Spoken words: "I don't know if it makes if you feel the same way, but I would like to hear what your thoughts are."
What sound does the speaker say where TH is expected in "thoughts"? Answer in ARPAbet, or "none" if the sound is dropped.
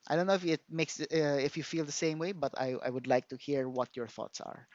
TH